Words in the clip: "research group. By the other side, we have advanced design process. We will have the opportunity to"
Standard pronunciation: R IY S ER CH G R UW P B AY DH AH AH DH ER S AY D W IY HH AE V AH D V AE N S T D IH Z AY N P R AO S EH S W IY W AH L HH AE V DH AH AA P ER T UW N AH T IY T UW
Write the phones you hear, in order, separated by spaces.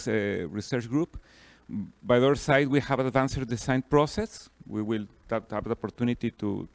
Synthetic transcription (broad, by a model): R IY S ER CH G R UW P B AY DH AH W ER S AY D W IY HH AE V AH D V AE N S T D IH S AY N P R AO S EH S W IY W AH L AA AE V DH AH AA P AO T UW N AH T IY T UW